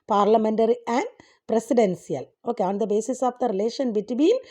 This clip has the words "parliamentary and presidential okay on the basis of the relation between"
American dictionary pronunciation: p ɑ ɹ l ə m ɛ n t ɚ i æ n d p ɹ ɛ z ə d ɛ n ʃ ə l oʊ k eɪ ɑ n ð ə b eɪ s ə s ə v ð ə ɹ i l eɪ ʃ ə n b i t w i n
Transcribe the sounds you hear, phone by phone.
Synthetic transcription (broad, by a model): p ɑ ɹ l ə m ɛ n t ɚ i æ n d p ɹ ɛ s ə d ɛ n s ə l oʊ k eɪ ɑ n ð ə b eɪ s ə s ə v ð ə ɹ i l eɪ ʃ ə n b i t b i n